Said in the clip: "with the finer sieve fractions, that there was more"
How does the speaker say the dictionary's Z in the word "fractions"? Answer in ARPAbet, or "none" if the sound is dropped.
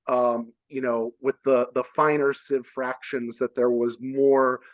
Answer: Z